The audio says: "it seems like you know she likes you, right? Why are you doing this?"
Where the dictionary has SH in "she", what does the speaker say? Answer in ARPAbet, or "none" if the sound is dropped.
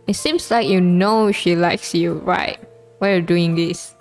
SH